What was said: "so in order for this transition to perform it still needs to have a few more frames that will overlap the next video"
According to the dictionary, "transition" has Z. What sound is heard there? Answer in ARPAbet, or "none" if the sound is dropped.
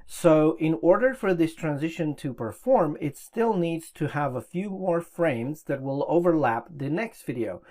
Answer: Z